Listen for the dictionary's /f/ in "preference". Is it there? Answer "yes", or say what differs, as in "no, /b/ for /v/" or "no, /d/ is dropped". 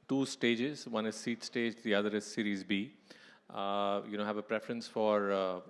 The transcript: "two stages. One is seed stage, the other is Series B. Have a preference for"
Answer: yes